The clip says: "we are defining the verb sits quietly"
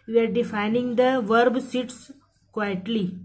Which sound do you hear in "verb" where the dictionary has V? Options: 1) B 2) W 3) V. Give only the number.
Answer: 3